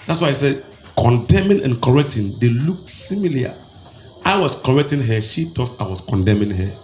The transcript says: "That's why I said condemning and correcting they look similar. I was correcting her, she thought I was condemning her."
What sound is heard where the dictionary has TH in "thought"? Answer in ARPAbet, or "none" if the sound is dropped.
T